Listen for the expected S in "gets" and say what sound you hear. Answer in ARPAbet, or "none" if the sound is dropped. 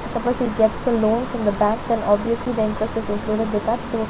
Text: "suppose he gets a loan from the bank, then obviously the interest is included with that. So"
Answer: S